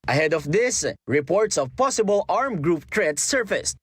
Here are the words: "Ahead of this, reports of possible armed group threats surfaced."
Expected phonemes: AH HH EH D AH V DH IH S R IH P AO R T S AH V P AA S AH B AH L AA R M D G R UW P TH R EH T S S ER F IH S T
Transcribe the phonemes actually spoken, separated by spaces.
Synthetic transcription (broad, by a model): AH HH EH D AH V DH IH S R IH P AO R T S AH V P AA S AH B AH L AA R M G R UW P T R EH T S S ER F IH S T